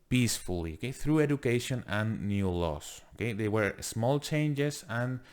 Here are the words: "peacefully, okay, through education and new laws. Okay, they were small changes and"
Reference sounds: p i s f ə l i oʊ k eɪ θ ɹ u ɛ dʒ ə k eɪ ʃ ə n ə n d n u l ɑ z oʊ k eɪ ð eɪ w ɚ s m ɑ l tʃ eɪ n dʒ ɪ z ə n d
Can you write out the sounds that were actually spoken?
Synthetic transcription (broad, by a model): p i s f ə l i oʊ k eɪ θ ɹ u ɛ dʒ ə k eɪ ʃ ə n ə n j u l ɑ s oʊ k eɪ ð eɪ w ɚ s m ɑ l tʃ eɪ n dʒ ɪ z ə n